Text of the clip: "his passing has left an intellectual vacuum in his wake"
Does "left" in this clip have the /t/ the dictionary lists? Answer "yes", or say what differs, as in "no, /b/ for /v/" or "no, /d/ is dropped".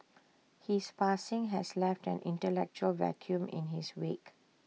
yes